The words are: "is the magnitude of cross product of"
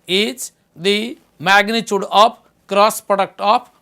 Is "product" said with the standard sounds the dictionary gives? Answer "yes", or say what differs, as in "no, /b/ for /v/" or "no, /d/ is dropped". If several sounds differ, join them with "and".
yes